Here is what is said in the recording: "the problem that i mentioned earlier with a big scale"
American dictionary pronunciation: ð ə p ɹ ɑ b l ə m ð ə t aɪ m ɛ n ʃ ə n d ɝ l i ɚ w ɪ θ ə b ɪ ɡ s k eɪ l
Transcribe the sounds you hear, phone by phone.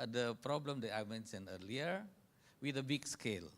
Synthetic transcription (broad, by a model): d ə p ɹ ɑ b l ə m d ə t aɪ m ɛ n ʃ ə n ɝ l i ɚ w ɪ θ ə b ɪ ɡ s k eɪ l